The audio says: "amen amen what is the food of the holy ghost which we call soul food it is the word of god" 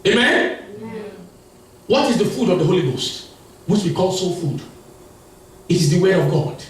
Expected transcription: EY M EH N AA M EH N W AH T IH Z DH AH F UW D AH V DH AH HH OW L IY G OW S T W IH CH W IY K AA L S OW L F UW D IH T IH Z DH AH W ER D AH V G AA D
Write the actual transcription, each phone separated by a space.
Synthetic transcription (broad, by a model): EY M M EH N W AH T IH Z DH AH F UW D AH V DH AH HH OW L IY G OW S T W IH CH W IY K AA L S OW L F UW D IH T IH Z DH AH W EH AH V G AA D